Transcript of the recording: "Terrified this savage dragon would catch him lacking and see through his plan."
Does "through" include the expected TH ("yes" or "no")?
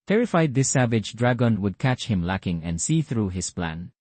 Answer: yes